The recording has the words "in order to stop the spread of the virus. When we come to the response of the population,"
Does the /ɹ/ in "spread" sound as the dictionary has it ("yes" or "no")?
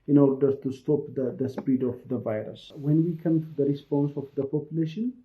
no